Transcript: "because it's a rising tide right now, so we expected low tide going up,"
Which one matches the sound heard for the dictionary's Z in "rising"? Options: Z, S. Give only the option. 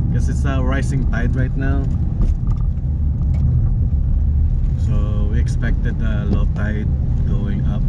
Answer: S